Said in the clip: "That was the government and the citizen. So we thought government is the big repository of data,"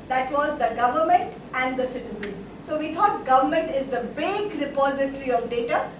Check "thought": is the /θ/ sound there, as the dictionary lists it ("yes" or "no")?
no